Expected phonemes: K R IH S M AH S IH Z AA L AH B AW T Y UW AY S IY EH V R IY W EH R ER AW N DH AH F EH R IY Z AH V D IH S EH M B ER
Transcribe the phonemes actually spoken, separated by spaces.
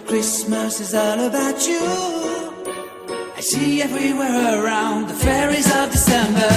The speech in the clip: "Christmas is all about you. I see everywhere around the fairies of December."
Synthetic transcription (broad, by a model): K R IH S M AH S IH Z AA L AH B AW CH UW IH SH IY EH V R IY W EH R ER AW N DH AH F EH R IY Z AH V D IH S EH M B ER